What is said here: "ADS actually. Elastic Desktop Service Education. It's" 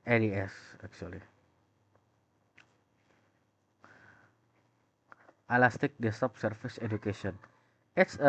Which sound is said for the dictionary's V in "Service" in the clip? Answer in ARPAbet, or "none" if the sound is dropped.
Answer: F